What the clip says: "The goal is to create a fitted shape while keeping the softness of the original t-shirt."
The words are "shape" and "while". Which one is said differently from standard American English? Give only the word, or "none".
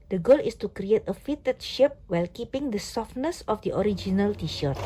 none